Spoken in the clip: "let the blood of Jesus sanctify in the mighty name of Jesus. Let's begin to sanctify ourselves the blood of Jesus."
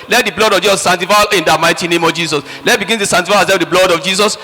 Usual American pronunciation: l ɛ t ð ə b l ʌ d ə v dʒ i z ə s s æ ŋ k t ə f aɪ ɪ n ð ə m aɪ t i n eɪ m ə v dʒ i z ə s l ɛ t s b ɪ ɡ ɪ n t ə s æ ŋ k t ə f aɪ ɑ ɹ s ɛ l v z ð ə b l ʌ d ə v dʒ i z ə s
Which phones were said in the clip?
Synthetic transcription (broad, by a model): l ɛ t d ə b l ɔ d ə v dʒ i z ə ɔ s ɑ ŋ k t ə f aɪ ɪ n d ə m aɪ t i n eɪ m ə v dʒ i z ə s l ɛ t b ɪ ɡ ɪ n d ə s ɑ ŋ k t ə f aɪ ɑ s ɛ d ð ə b l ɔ d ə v dʒ i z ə s